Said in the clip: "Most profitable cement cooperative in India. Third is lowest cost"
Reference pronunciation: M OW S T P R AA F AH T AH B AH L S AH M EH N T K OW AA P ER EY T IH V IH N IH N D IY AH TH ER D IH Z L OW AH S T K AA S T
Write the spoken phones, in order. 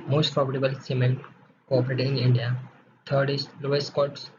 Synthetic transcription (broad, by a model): M OW S T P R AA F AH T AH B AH L S AH M EH N T K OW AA P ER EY T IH IH N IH N D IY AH T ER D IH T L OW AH S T K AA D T